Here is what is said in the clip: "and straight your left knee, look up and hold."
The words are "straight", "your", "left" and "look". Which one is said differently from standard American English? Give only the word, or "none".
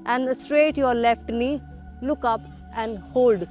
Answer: none